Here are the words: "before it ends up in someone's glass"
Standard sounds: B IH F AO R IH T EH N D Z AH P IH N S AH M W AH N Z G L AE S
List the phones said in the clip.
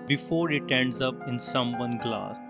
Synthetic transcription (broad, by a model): B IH F AO R IH T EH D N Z AH P IH N S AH M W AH N G L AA S